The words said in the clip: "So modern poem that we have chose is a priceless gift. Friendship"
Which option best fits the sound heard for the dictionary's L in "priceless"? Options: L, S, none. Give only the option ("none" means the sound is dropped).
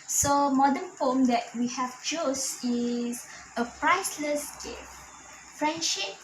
L